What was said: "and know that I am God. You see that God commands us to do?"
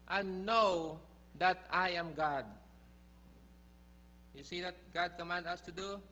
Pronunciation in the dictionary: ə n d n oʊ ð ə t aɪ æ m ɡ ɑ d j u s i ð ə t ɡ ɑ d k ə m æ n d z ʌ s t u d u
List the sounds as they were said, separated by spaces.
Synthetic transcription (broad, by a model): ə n n oʊ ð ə t aɪ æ m ɡ ɑ d j u s i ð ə t ɡ ɑ d k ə m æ n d ʌ s t u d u